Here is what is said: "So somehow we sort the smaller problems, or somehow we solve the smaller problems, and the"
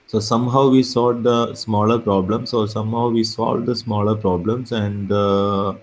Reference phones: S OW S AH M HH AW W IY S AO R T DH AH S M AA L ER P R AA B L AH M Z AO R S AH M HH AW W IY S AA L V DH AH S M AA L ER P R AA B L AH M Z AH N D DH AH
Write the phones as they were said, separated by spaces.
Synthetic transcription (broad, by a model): S OW S AH M HH AW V IY S AO L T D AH S M AA L ER P R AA B L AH M S AO R S AH M HH AW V IY S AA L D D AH S M AA L ER P R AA B L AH M S AH N D